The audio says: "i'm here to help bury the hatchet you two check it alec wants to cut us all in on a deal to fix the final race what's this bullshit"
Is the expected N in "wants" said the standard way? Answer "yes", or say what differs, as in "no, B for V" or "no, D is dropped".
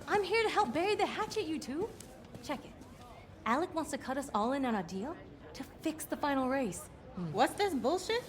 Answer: yes